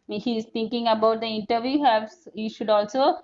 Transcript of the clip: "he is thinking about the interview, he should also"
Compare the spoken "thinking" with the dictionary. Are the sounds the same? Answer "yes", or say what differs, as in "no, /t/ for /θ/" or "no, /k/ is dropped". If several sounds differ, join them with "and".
no, /t/ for /θ/